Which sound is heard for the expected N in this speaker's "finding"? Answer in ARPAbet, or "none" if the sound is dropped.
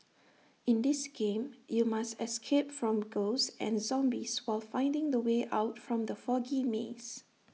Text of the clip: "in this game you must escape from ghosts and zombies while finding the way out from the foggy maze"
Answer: N